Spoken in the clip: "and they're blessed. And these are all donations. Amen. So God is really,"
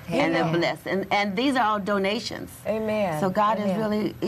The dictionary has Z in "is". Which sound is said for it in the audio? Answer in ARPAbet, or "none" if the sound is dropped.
Z